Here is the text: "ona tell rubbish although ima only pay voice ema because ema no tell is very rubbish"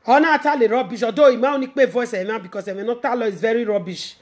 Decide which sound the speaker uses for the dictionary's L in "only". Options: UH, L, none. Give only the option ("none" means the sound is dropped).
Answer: none